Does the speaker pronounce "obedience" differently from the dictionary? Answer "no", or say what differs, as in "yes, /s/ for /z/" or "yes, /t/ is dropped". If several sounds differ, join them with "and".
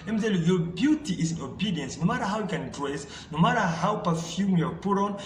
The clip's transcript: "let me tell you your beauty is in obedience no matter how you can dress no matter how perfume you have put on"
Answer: no